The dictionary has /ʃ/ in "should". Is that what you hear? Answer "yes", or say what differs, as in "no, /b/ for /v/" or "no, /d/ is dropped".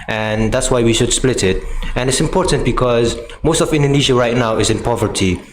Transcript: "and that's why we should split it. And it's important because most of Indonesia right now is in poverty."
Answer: yes